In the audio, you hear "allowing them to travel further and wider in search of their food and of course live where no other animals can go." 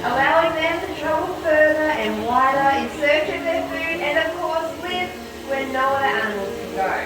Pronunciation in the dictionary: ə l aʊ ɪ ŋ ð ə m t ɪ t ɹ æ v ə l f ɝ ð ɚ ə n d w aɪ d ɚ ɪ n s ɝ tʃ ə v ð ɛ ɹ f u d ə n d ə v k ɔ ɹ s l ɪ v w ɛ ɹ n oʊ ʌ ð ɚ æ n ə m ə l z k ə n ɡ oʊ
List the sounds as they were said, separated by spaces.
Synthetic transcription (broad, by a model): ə l aʊ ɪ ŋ ð ə m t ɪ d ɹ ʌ ə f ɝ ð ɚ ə n w aɪ d ɚ ɪ n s ɝ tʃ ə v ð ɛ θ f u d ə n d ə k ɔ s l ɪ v w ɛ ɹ n oʊ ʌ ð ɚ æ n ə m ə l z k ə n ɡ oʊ